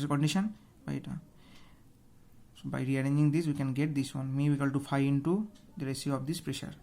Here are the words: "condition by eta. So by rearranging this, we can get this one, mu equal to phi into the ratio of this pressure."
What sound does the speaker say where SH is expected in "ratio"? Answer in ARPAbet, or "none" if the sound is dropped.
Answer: S